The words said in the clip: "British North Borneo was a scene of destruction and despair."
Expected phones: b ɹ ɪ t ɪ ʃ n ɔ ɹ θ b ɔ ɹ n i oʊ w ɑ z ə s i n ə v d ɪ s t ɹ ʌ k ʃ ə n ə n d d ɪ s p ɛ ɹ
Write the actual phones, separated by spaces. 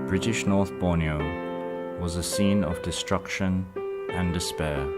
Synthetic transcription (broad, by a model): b ɹ ɪ t ɪ ʃ n ɔ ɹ θ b ɔ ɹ n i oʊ w ɑ z ə s i n ə v d ɪ s t ɹ ʌ k ʃ ə n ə n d d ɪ s p ɛ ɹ